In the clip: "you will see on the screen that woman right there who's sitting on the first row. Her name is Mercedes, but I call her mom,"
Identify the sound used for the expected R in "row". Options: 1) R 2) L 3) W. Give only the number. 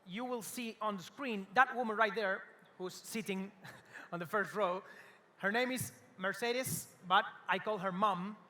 1